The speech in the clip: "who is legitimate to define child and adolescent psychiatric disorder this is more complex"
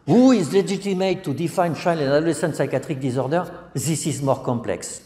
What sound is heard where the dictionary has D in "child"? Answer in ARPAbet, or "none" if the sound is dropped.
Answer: none